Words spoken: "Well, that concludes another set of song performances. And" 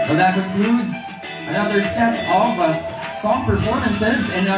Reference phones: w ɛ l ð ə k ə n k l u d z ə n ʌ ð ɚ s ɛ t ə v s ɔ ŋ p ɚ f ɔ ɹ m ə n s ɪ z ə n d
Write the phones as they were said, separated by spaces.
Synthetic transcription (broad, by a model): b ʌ ð ə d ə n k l u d z ə n ʌ ð ɚ s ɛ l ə v s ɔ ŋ p ɚ f ɔ ɹ m ə n s ɪ z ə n